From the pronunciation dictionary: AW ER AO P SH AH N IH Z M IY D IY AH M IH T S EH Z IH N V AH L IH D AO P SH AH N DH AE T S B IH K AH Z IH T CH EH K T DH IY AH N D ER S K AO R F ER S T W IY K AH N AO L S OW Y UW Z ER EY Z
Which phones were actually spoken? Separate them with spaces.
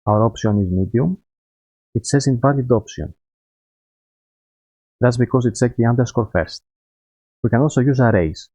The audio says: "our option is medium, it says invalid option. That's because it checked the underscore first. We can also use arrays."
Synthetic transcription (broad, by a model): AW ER AO P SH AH N IH Z M IY D IY AH M IH T S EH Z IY N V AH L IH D AO P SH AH N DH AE T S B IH K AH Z IH T S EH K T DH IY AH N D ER S K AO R F ER S T W IY K AH N AO L S OW Y UW Z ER EY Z